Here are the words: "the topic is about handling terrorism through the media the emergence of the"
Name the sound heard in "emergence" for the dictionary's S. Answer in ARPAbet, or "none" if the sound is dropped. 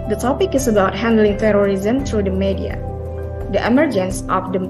S